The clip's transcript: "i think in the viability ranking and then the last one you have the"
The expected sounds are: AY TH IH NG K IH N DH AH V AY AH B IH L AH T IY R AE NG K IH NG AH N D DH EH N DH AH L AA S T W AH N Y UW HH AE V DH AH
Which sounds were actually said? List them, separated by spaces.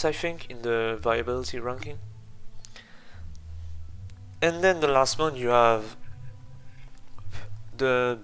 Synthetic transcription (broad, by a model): AY F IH NG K IH N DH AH V AY AH B IH L AH T IY R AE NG K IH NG AH N D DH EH N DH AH L AA S T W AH N Y UW HH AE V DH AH